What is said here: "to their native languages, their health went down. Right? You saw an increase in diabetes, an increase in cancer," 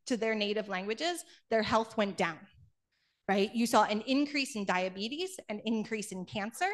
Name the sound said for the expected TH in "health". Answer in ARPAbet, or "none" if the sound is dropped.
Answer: TH